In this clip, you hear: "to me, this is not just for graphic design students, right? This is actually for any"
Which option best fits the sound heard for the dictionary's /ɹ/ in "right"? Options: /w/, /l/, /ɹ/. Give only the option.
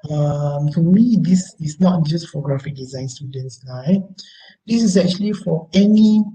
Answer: /l/